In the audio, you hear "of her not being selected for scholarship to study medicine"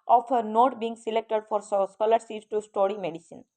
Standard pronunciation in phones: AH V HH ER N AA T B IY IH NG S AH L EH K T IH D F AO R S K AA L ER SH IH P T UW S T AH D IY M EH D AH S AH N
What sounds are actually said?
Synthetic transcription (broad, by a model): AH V HH ER N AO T B IY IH NG S AH L EH K T IH D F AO R S K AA L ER S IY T T UW S T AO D IY M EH D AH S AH N